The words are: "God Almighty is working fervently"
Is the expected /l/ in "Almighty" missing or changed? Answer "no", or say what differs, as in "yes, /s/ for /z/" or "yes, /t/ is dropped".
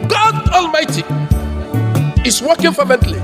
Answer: no